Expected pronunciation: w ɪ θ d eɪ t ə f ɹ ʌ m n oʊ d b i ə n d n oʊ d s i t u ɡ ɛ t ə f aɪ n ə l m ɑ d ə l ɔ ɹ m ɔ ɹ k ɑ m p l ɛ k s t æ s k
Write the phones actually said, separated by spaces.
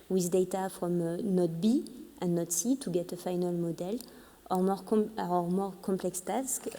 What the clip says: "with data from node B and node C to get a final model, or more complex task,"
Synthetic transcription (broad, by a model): w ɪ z d eɪ t ə f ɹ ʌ m n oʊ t b i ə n n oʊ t s i t u ɡ ɛ t ə f aɪ n ə l m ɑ d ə l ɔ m m ɔ ɹ k ɑ m p l ɛ k s t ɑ s k